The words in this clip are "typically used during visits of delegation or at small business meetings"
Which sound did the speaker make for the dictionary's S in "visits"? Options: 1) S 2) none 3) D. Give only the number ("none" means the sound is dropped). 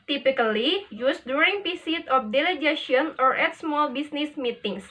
2